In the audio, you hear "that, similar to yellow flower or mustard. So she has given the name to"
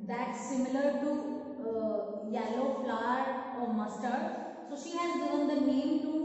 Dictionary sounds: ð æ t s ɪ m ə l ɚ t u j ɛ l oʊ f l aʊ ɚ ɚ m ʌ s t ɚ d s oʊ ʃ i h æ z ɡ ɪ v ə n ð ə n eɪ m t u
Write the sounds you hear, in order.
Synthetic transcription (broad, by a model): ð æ t s ɪ m ə l ɚ t u j ɛ l oʊ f l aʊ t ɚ m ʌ s t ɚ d s oʊ ʃ i h æ z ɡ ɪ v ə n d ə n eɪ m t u